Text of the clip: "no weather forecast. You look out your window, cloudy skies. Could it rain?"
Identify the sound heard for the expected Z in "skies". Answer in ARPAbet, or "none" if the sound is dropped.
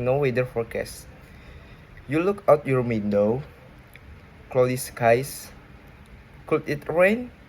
S